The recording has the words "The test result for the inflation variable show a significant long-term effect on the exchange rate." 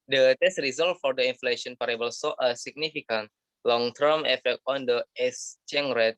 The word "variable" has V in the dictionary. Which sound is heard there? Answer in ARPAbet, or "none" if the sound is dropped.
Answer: P